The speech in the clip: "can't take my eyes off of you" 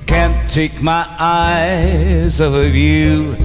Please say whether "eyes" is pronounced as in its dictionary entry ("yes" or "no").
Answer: yes